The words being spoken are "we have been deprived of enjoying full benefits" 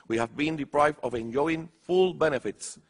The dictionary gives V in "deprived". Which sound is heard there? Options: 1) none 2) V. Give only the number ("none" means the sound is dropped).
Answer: 2